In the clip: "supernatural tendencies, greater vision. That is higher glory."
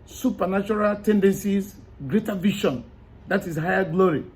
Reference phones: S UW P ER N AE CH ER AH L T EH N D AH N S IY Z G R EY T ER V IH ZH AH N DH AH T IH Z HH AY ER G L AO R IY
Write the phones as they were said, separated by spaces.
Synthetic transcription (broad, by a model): S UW P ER N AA CH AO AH L T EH N D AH N S IY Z G R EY T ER V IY SH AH N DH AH T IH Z HH AY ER G L AO R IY